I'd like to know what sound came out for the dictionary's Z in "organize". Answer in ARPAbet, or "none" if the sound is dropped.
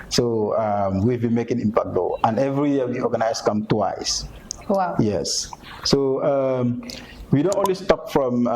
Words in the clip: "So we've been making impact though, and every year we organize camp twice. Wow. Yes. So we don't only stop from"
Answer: S